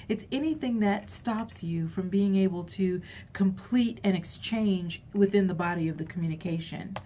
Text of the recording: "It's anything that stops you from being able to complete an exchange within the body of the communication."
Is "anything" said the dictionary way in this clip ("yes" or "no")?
yes